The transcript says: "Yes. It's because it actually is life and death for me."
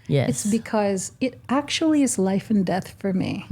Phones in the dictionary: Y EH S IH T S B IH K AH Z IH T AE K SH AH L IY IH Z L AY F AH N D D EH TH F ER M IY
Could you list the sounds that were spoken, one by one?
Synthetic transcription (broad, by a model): Y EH IH T S B IH K AH Z IH T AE K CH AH L IY IH Z L AY F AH N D D EH TH F ER M IY